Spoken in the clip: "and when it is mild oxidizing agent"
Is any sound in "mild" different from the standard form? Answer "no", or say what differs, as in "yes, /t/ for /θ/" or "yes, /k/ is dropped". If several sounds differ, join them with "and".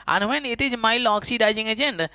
yes, /d/ is dropped